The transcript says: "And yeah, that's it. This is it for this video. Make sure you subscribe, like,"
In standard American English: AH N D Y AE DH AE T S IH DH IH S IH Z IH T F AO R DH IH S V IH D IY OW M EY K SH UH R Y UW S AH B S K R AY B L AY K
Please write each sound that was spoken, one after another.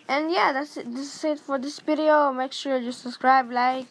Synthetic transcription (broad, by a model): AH N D Y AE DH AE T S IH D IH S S IH T F AO R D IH S P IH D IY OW M EY K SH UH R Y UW S AH B S K R AY B L AY K